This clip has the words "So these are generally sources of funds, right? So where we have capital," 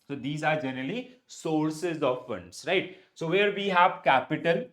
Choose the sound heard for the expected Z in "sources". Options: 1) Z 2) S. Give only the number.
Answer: 1